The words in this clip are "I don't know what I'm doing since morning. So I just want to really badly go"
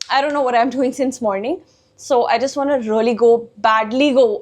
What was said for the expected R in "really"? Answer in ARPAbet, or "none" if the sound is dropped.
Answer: L